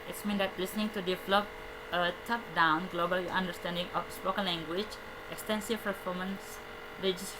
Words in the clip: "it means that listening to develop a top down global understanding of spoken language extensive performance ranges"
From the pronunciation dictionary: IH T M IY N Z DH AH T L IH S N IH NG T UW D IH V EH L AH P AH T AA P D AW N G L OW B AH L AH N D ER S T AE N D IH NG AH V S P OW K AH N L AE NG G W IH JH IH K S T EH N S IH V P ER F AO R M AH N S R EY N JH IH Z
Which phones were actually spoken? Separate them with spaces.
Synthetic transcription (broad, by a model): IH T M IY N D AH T L IH S N IH NG T UW D IH V EH L AH P AH T AA P D AW N G L OW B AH L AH N D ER S T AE N D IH NG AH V S P OW K AH N L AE NG G W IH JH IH K S T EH N S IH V P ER F AO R M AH N S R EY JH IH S